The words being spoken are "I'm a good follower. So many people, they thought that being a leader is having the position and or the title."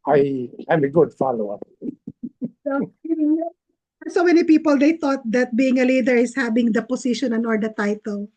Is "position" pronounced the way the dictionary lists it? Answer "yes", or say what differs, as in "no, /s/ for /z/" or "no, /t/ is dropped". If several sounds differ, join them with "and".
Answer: no, /s/ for /z/